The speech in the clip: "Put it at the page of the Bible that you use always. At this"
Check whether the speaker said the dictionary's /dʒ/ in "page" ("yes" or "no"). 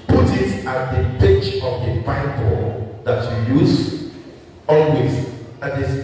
no